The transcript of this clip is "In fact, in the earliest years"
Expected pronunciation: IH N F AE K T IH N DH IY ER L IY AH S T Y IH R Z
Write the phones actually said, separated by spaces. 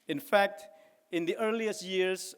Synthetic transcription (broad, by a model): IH N F AE K T IH N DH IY ER L IY AH S T Y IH R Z